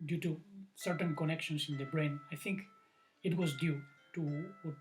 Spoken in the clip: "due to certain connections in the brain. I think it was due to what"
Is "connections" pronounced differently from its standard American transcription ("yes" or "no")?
yes